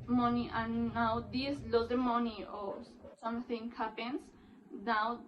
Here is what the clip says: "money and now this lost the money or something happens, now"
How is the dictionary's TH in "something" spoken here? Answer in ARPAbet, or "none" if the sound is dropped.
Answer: T